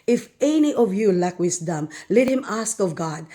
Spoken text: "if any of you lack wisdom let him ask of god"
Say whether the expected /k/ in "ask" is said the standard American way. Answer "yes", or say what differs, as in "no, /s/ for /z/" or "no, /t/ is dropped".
yes